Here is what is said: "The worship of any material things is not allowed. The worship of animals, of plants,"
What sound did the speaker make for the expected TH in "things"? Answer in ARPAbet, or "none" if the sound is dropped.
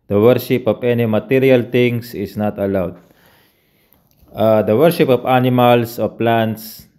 T